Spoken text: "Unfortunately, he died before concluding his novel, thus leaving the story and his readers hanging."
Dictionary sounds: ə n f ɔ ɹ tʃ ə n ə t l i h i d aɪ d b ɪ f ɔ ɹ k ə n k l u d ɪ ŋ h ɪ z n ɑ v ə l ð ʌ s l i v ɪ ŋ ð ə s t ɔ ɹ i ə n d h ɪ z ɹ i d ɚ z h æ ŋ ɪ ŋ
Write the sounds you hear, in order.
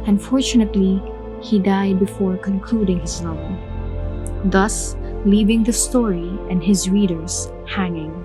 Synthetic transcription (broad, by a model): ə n f ɔ ɹ tʃ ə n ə t l i h i d aɪ d b ɪ f ɔ ɹ k ə n k l u d ɪ ŋ h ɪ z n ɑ ə n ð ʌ s l i v ɪ ŋ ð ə s t ɔ ɹ i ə n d h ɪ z ɹ i d ɚ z h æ ŋ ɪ ŋ